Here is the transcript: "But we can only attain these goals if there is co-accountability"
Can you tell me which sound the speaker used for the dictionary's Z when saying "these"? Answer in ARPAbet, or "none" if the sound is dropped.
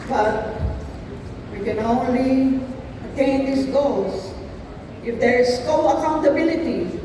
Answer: S